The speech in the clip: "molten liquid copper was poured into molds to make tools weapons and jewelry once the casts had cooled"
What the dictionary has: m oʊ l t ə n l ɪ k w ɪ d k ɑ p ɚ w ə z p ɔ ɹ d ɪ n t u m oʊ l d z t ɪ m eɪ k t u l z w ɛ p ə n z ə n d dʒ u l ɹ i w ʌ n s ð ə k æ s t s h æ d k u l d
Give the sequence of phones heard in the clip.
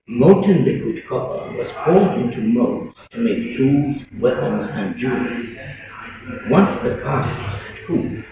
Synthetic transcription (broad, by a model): m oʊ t n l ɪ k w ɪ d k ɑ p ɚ w ə z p ɔ l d ɪ n t u m oʊ d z t ɪ m eɪ k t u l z w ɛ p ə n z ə n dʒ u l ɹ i w ʌ n s ð ə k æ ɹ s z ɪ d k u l